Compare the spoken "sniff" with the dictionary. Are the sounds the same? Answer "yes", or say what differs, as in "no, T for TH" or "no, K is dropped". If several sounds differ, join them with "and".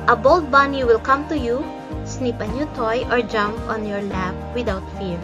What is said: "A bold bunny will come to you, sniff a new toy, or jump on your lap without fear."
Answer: no, P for F